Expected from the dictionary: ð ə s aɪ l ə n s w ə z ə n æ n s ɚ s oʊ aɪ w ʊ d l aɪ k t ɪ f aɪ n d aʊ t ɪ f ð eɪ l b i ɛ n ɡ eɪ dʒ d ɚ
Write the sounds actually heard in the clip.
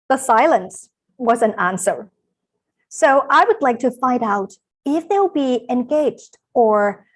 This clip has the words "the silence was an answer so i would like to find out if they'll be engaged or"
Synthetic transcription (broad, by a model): ð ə s aɪ l ə n s w ə z ə n æ n s ɚ s oʊ aɪ w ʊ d l aɪ k t ɪ f aɪ n d aʊ t ɪ f ð eɪ l b i ɛ n ɡ eɪ dʒ d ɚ